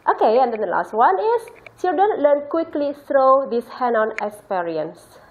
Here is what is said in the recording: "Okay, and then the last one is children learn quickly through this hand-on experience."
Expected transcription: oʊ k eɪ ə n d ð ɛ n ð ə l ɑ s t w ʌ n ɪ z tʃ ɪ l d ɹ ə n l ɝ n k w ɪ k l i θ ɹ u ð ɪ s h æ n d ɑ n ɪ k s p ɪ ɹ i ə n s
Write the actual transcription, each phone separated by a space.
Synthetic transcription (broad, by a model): oʊ k eɪ ə n d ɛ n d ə l ɑ s t w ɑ n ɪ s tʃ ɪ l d ə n l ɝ n k w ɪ k l i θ ɹ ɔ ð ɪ s h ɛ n ɑ n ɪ k s p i ɹ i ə n s